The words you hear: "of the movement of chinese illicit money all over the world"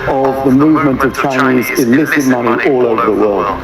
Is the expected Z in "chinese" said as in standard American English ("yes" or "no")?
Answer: yes